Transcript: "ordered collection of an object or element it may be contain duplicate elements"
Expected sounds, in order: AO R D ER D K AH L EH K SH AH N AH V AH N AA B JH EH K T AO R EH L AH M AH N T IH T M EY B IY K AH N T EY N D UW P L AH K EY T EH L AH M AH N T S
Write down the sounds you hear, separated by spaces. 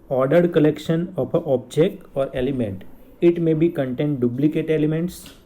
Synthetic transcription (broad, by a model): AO R D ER D K AH L EH K SH AH N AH P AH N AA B JH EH K T AO R EH L AH M AH N T IH T M EY B IY K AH N T EY N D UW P L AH K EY T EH L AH M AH N T S